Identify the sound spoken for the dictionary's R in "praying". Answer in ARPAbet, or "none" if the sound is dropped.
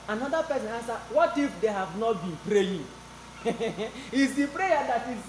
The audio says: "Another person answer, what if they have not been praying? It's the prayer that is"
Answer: R